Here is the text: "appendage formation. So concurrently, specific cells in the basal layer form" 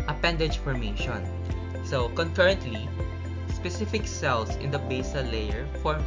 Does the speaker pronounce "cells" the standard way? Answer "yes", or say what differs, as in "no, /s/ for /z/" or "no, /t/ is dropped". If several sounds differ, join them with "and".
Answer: no, /s/ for /z/